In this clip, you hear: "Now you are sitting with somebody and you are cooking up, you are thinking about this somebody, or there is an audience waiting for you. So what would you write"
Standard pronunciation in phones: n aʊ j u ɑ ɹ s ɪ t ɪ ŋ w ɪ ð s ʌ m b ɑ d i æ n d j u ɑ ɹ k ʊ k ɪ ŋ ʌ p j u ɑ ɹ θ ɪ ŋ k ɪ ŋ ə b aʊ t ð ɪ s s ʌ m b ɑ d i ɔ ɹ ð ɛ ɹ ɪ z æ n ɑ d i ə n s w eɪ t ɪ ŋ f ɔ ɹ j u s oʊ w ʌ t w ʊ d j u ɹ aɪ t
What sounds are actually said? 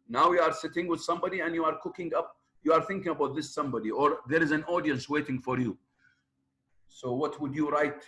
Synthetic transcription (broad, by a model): n aʊ j u ɑ ɹ s ɪ t ɪ ŋ w ɪ ð s ʌ m b ɑ d i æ n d j u ɑ ɹ k ʊ k ɪ ŋ ʌ p j u ɑ ɹ θ ɪ ŋ k ɪ ŋ ə b aʊ t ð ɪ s s ʌ m b ɑ d i ɔ ɹ ð ɛ ɹ ɪ z æ n ɑ d i ə n s w eɪ t ɪ ŋ f ɔ ɹ j u s oʊ w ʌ t w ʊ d j u ɹ aɪ t